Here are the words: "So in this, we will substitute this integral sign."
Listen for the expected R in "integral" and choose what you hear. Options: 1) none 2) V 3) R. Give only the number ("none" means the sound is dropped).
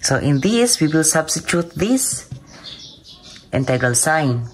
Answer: 1